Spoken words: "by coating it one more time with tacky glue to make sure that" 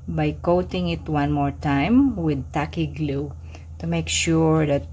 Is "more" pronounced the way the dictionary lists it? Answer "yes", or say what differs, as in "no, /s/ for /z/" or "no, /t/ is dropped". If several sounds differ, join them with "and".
yes